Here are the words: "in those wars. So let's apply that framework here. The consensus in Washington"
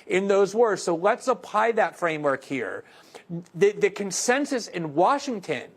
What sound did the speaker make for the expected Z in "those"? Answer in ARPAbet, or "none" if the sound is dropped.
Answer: Z